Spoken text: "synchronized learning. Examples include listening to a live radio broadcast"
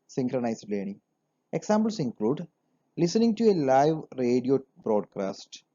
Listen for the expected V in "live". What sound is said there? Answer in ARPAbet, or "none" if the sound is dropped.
V